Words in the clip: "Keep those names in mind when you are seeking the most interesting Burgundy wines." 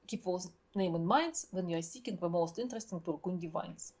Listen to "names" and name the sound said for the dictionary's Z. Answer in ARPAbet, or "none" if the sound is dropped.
none